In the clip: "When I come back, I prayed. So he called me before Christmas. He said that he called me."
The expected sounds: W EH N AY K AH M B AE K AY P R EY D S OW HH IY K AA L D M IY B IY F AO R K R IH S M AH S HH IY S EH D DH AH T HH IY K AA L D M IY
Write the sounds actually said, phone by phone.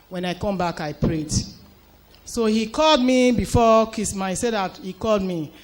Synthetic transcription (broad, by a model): W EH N AY K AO M B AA K AY P R EY D S OW HH IY K AA L D M IY B IY F AO K IY S M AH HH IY S EH D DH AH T HH IY K AA L D M IY